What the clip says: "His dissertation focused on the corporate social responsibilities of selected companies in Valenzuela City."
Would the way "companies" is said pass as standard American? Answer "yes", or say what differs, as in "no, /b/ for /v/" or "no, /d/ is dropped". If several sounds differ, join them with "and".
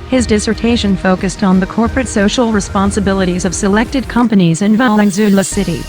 yes